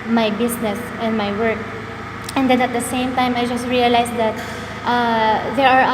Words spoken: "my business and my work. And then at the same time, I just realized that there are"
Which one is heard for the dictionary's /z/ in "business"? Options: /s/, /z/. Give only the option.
/s/